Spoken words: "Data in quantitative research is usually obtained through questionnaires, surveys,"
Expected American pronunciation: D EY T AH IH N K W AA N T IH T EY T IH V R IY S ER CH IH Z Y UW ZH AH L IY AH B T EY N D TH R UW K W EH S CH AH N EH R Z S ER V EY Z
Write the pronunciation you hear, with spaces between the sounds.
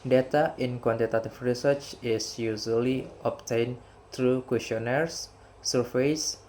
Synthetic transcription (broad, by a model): D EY T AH IH N K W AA N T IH T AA T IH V R IY S ER CH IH S Y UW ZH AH L IY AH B T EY N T R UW K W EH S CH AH N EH R S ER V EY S